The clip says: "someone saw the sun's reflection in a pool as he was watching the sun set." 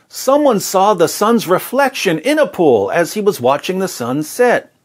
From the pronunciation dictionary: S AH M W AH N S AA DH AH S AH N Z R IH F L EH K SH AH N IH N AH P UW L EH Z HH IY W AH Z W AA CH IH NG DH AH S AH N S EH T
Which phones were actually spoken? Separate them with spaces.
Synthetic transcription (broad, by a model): S AH M W AH N S AA DH AH S AH N Z R IH F L EH K SH AH N IH N AH P UW L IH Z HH IY W AH Z W AA CH IH NG DH AH S AH N S EH T